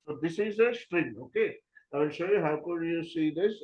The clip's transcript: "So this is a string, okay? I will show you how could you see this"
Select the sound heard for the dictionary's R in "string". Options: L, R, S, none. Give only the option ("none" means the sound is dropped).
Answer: R